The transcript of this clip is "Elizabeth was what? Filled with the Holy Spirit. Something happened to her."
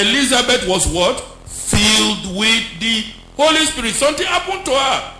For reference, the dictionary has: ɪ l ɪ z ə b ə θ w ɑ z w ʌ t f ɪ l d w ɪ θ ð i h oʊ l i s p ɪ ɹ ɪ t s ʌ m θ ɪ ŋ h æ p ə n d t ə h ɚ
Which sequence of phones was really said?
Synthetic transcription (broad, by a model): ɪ l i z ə b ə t w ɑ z w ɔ t f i l d w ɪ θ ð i h oʊ l i s p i ɹ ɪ t s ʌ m t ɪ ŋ h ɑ p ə n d t ə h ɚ